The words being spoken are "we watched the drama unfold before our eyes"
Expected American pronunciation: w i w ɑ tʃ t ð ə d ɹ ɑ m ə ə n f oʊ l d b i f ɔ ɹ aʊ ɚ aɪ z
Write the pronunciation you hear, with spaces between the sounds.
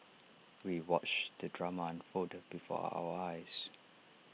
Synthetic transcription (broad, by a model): w i w ɑ tʃ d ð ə d ɹ ɑ m ə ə n f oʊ d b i f ɔ aʊ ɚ aɪ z